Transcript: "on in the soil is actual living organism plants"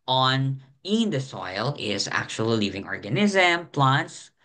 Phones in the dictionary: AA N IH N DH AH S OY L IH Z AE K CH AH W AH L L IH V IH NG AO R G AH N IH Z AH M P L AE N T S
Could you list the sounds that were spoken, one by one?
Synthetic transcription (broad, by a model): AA N IH N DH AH S OY L IH Z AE K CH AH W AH L L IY V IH NG AO R G AH N IH Z AH M P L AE N T S